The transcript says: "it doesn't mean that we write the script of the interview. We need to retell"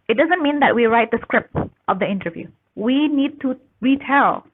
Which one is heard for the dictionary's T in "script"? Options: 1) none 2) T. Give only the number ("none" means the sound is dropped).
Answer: 2